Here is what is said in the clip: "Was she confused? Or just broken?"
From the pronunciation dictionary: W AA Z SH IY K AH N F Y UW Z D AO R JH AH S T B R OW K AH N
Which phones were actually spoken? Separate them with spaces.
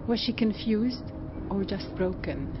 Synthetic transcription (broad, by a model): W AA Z SH IY K AH N F Y UW Z D AO R JH AH S T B R OW K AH N